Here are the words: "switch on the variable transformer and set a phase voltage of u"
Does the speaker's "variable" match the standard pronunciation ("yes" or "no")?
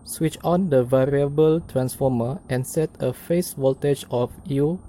yes